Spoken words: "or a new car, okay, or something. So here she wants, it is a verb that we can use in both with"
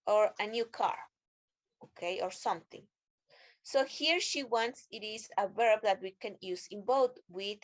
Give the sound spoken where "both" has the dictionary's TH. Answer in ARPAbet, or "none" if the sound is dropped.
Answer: T